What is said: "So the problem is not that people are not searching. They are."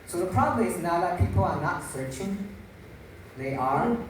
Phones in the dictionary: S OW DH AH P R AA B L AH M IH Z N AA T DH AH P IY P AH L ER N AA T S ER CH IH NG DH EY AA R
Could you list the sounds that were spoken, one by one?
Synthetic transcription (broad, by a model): S OW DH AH P R AA B L AH M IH S N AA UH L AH P IY P AH L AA N AA T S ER CH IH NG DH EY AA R